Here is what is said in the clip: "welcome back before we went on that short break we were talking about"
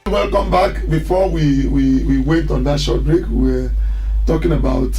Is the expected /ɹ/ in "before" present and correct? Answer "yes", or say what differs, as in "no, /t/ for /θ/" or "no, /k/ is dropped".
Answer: no, /w/ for /ɹ/